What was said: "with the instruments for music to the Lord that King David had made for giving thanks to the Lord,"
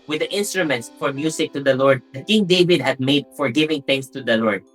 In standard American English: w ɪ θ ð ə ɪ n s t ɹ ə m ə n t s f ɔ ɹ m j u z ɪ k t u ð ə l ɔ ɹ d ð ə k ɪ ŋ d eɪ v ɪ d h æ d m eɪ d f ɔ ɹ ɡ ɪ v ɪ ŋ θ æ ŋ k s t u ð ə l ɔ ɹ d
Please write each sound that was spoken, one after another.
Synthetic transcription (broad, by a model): w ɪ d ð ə ɪ n s t ɹ ə m ə n t s f ɔ ɹ m j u s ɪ k t u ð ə l ɔ ɹ d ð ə k ɪ ŋ d eɪ v ɪ d h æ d m eɪ d f ɔ ɹ ɡ ɪ v ɪ ŋ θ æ ŋ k s t u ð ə l ɔ ɹ d